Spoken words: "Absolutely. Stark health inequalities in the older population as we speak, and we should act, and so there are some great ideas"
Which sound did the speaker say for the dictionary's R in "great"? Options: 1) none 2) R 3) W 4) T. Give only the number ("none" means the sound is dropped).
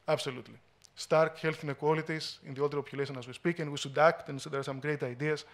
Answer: 2